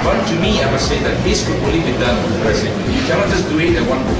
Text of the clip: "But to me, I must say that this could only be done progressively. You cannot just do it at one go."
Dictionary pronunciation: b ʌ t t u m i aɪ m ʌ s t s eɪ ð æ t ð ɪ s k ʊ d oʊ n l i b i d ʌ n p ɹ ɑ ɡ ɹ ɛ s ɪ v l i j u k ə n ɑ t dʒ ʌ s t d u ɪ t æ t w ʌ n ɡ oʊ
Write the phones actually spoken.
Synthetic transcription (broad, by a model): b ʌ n t u m i aɪ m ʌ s s eɪ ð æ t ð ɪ s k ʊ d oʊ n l i b i d ʌ n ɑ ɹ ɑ ɪ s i j u k ə n ɑ t dʒ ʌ s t d u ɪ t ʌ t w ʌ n